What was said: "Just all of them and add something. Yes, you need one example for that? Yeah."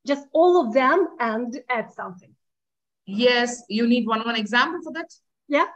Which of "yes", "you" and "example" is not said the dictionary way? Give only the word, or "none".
none